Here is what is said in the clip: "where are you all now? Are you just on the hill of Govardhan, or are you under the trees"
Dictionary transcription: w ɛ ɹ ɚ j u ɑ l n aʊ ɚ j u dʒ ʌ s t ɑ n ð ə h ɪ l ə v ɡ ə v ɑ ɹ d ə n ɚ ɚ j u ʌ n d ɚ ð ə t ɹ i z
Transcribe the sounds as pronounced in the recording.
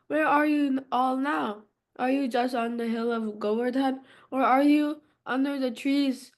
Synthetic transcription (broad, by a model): w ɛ ɹ ɚ j u ɑ l n aʊ ɚ j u dʒ ʌ s t n ð ə h ɪ l ə v ɡ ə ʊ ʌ ɹ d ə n ɚ ɚ j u ʌ n d ɚ ð ə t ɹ i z